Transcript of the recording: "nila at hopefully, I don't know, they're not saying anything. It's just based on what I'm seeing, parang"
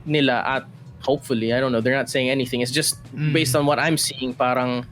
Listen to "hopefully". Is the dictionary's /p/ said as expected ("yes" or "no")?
yes